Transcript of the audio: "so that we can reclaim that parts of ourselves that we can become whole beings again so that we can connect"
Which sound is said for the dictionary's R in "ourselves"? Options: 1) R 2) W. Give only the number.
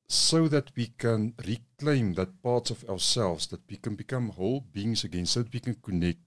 2